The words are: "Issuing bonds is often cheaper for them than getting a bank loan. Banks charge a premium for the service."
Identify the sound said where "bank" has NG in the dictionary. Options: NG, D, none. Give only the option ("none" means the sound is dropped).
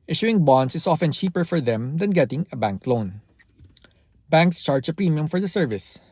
NG